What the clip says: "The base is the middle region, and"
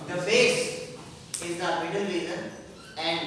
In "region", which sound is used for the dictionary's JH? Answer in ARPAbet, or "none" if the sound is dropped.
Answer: Z